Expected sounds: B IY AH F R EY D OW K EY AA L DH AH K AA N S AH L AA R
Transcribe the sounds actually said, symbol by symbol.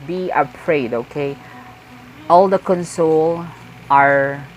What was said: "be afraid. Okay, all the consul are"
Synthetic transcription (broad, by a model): B IY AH P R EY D OW K EY AA L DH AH K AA N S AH L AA R